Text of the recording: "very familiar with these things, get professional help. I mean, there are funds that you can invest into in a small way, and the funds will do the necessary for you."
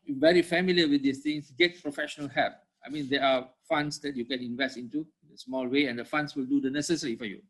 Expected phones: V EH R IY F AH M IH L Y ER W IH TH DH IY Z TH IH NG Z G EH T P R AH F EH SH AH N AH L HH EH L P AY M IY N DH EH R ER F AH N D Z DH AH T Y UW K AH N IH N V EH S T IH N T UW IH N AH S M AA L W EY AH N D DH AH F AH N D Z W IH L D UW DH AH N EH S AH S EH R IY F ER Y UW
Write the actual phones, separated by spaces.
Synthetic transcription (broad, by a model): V EH R IY F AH M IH L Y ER W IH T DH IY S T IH NG S G EH T P R AH F EH SH AH N AH L HH EH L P AY M IY N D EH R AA F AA N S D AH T Y UW K AH N IH N V EH S T IH N T UW IH N AH S M AA L W EY AH N D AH F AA N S W IH L D UW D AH N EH S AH S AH R IY F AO Y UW